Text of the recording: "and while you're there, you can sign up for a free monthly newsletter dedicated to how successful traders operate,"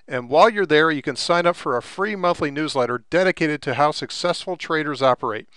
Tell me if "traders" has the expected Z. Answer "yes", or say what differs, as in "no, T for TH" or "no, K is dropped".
yes